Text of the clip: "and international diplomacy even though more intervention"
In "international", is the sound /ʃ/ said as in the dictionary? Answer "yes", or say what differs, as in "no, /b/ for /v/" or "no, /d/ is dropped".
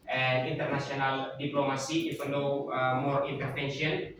no, /s/ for /ʃ/